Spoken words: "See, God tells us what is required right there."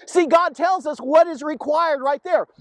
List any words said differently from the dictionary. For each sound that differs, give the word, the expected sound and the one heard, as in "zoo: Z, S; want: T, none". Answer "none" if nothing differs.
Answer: none